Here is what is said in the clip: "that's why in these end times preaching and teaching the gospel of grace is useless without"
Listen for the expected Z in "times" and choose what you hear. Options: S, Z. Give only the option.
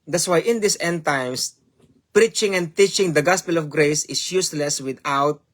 S